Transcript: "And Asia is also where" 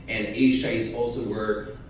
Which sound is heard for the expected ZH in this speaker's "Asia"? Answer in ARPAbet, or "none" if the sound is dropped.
SH